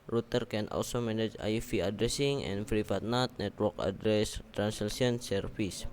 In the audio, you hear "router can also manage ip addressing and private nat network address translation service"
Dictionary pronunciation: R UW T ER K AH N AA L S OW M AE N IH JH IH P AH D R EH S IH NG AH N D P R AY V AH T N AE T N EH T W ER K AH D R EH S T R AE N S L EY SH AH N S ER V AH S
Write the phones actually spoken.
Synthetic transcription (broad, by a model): R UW T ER K AH N AA L S OW M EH N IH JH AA F AH D R EH S IH NG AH N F R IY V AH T N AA T N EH T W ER K AH D R EH S T R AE N S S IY AH N S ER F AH S